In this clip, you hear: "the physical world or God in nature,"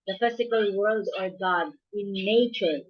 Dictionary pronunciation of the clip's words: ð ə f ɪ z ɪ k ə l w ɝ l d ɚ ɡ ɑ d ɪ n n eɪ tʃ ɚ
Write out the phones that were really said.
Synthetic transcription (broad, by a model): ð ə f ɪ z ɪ k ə l w ɝ l d ɚ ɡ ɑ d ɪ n n eɪ tʃ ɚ